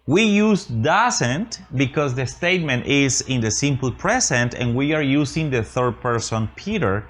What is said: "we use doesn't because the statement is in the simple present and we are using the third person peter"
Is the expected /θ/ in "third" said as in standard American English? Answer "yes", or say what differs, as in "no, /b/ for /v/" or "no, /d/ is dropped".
yes